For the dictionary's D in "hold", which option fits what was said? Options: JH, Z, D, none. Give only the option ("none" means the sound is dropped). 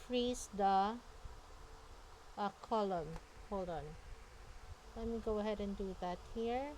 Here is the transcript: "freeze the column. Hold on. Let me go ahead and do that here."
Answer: none